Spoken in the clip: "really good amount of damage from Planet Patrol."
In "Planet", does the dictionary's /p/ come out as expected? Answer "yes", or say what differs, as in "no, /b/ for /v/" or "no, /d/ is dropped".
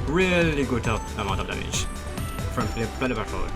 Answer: no, /f/ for /p/